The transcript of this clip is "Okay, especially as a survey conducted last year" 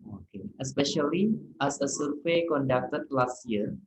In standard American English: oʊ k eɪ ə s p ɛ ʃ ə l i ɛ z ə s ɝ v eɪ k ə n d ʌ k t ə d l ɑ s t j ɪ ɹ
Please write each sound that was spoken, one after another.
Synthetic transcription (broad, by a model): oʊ k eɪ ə s p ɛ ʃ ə l i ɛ s ə s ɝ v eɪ k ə n d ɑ k t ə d l ɑ s t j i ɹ